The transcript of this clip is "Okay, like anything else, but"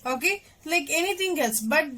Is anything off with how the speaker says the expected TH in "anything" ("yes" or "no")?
yes